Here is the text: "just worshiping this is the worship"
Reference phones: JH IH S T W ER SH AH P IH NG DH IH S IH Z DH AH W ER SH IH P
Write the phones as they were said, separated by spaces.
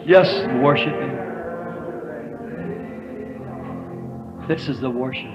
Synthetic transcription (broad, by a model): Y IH S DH W ER SH AH P IH NG DH IH S IH Z DH AH W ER SH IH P